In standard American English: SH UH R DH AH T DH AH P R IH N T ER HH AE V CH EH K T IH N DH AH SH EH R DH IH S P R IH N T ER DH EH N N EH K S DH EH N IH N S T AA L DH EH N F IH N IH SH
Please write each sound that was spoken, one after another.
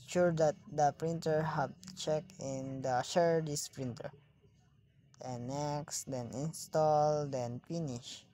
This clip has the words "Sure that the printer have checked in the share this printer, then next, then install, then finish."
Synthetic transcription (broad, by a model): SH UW R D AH T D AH P R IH N T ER HH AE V CH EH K IH N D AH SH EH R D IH S P R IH N T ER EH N N EH K S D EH N IH N S T AA L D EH N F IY N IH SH